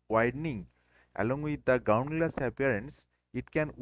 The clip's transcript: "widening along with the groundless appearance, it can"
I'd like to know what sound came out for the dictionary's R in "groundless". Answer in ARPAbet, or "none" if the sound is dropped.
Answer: none